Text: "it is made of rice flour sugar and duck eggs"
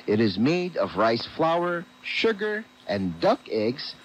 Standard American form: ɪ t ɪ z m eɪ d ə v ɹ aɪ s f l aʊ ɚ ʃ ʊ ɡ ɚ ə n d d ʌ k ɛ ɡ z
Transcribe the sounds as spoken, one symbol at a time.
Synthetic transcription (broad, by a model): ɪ t ɪ z m eɪ d ə v ɹ aɪ s f l aʊ ɚ ʃ ʊ ɡ ɚ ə n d d ʌ k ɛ ɡ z